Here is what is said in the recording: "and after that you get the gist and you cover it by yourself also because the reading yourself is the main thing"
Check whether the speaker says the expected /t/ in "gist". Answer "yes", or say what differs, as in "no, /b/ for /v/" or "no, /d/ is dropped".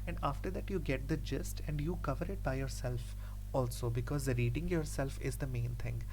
yes